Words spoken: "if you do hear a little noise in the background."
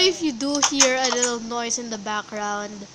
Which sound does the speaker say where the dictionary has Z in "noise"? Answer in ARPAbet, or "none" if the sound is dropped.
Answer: S